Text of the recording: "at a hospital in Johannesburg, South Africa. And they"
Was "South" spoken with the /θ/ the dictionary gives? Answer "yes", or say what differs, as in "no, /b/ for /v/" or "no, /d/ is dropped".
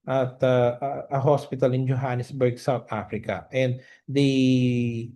no, /t/ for /θ/